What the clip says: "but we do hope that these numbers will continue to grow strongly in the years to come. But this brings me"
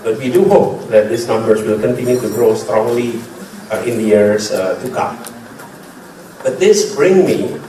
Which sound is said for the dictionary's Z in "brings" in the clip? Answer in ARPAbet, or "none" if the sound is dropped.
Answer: none